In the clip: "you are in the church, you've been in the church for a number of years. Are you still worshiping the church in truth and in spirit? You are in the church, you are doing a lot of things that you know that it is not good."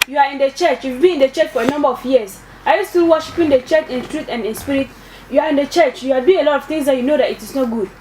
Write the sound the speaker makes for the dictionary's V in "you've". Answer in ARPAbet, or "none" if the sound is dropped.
F